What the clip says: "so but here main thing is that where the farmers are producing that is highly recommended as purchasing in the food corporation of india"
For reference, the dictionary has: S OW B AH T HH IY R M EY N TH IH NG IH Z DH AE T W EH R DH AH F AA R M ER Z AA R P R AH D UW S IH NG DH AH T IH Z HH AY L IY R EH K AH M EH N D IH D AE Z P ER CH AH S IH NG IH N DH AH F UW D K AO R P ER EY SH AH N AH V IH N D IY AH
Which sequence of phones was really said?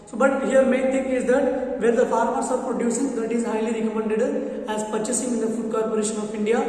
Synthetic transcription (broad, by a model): S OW B AH T HH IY R M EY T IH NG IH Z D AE T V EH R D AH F AA R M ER S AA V P R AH D UW S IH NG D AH T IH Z HH AY L IY R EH K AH M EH N D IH D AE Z P ER CH AH S IH NG IH N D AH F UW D K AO R P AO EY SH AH N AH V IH N D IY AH